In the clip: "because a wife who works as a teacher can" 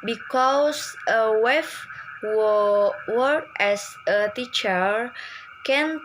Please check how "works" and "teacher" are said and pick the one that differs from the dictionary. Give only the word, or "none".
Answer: works